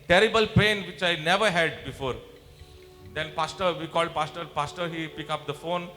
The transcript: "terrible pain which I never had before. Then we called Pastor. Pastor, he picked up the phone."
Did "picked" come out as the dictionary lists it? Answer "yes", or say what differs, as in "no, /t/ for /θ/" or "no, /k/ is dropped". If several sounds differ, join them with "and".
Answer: no, /t/ is dropped